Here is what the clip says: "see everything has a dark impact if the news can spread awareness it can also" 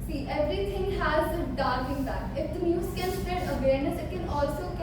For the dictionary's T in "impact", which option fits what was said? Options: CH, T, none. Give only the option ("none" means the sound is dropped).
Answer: none